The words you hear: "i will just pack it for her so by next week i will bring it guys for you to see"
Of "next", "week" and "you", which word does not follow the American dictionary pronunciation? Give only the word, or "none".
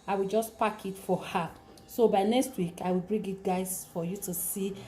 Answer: none